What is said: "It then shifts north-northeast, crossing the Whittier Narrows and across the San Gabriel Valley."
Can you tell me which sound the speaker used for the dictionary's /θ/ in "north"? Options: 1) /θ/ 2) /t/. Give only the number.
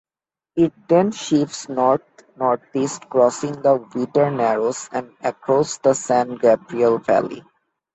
2